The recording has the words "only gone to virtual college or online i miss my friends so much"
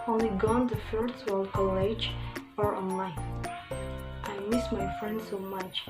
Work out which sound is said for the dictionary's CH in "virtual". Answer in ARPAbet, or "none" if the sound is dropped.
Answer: S